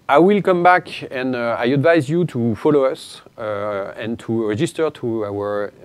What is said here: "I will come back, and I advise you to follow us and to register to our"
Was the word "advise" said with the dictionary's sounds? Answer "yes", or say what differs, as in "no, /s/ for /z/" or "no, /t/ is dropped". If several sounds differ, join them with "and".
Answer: yes